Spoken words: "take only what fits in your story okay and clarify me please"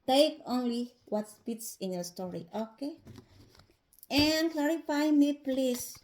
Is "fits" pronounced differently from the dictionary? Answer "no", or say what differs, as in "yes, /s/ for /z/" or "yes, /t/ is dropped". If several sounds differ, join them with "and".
yes, /p/ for /f/